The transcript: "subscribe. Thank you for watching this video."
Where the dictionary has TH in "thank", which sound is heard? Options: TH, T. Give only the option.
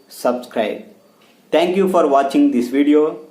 T